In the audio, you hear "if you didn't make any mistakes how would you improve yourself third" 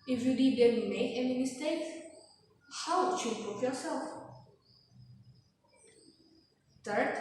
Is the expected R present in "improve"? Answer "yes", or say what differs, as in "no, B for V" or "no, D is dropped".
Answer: no, R is dropped